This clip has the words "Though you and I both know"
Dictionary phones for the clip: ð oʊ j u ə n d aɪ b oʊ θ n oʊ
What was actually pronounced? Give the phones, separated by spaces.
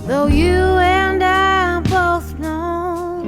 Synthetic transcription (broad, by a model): ð oʊ j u ə n d aɪ b oʊ θ n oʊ